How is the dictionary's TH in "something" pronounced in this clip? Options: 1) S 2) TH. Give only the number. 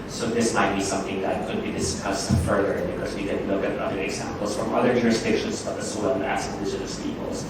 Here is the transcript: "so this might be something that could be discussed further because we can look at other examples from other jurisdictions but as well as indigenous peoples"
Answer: 2